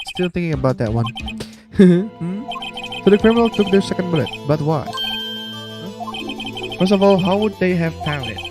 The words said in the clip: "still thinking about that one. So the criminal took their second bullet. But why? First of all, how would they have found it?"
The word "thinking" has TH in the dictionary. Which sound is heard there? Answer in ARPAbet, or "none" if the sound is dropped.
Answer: TH